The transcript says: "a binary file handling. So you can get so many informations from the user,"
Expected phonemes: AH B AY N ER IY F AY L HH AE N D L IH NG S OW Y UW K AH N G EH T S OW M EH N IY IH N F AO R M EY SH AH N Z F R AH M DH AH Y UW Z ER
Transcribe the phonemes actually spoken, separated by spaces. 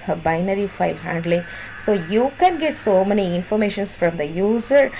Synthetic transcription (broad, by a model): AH B AY N ER IY F AY L HH AE N D L IH NG S OW Y UW K AH N G EH T S OW M EH N IY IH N F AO R M EY SH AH N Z F R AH M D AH Y UW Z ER